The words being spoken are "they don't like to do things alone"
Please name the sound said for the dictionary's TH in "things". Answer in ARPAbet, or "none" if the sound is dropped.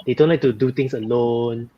T